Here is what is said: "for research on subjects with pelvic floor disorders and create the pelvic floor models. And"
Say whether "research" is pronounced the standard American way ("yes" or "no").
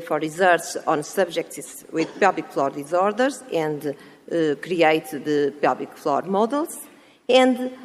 no